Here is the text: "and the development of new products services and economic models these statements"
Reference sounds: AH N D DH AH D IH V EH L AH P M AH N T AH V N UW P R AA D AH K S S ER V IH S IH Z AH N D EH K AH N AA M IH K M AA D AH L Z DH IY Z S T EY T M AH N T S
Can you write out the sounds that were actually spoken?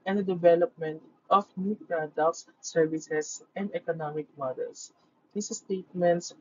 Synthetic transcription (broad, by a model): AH N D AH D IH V EH L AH P M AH N T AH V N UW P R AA D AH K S S ER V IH S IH S AH N D EH K AH N AA M IH K M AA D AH L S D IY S S T EY T M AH N T S